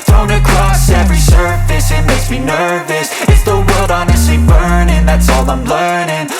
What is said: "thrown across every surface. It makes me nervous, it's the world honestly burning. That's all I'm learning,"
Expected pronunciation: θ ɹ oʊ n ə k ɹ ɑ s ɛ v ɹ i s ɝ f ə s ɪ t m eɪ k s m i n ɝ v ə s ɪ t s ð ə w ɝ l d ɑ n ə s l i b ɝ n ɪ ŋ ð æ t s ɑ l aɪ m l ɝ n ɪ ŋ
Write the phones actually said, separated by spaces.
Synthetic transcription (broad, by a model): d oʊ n ə k ɹ ɑ s ɛ v ɹ i s ɝ f ə s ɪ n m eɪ s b i n ɝ v ə s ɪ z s ð ə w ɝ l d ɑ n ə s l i b ɝ n ɪ ŋ ð æ t s ɑ l aɪ m l ɝ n ɪ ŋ